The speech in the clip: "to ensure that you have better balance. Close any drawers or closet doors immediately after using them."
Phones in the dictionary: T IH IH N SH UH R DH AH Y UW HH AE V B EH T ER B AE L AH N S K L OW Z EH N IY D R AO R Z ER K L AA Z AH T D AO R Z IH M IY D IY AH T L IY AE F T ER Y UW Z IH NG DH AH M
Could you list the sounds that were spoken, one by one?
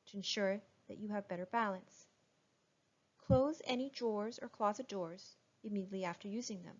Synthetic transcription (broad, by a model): T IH IH N SH UH R DH AH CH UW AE V B EH T ER B AE L AH N S K L OW Z EH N IY D R AO R Z ER K L AA Z AH T D AO R Z IH M IY D IY AH T L IY AE F T ER Y UW Z IH NG DH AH M